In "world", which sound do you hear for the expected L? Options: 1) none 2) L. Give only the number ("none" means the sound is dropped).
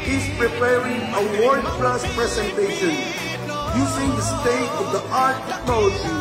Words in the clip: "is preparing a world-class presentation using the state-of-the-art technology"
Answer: 1